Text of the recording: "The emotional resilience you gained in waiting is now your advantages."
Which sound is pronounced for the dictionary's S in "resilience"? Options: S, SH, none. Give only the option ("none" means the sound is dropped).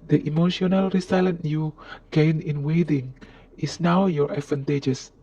none